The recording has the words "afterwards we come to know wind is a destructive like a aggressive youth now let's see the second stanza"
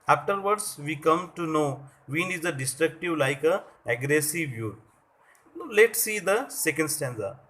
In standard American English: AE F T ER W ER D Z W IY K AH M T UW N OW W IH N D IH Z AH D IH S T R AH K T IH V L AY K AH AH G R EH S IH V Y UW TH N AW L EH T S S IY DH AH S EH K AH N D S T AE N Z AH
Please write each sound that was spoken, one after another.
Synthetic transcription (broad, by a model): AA F T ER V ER D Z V IY K AH M T UW N OW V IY N IH Z AH D IH S T R AH K T IH V L AY K AH AH G R EH S IH V Y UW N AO L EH T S S IY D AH S EH K AH N D S T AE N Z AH